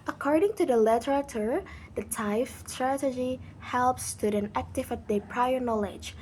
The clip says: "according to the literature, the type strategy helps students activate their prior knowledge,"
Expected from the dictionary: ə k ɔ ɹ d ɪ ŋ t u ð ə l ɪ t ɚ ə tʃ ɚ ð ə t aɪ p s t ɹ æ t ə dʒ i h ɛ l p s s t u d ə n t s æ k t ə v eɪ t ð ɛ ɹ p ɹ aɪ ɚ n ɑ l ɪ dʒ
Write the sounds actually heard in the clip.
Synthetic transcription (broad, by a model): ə k ɔ ɹ d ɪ ŋ t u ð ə l ɪ t ɚ ə tʃ ɚ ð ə t aɪ f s t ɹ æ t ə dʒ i h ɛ l p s s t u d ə n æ k t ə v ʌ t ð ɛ p ɹ aɪ ɚ n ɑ l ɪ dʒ